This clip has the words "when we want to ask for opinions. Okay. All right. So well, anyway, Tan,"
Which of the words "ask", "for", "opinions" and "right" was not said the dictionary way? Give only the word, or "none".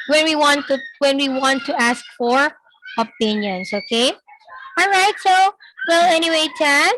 opinions